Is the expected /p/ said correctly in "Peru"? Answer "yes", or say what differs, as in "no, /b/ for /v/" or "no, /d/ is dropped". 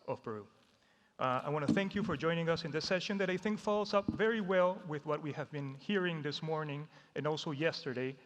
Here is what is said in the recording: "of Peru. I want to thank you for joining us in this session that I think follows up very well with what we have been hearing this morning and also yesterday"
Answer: no, /b/ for /p/